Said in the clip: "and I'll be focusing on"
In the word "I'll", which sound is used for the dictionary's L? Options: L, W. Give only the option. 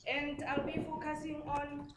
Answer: L